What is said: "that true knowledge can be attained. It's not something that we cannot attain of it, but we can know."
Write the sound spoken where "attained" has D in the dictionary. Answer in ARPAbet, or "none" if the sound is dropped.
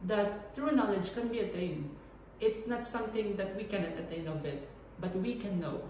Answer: none